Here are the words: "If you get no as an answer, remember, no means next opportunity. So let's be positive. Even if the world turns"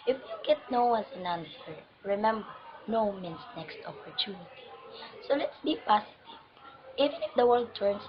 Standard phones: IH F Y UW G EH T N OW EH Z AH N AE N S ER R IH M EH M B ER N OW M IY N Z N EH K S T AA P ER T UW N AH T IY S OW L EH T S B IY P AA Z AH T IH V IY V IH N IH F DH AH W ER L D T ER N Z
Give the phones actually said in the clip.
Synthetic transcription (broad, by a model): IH F Y UW G EH T N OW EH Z AH N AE N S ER R IH M EH M B ER N OW M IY N S N EH K S T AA P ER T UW N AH T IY S OW L EH T S B IY P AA S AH T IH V IY V IH N IH F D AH W ER L D T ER N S